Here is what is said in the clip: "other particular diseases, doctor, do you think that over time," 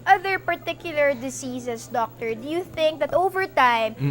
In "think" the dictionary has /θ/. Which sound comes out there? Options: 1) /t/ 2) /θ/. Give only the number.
2